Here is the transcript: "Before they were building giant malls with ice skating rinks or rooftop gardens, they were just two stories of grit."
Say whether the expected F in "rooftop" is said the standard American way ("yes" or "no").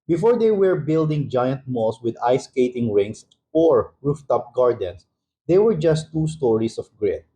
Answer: yes